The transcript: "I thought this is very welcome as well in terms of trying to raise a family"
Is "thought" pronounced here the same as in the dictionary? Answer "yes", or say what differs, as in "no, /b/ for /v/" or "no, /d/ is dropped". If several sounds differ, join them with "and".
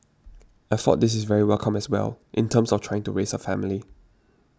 no, /f/ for /θ/